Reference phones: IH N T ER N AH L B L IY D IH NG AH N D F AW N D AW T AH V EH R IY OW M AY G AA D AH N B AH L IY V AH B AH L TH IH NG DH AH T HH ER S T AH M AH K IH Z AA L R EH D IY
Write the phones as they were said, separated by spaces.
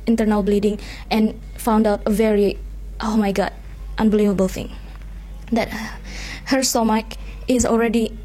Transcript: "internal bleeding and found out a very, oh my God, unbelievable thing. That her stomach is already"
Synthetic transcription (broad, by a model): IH N T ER N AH L B L IY D IH NG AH N F AW N D AW T AH V EH R IY OW M AY G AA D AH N B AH L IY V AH B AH L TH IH NG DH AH T HH ER S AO M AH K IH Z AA L R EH D IY